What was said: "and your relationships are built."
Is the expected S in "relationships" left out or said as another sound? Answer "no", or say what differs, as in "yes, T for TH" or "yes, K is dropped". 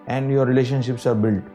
no